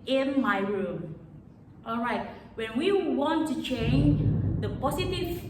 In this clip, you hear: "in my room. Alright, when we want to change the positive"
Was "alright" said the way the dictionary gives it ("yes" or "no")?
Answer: yes